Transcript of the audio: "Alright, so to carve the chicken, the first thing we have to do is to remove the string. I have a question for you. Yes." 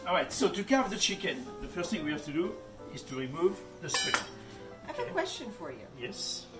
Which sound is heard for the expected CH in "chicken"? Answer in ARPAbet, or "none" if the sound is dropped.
CH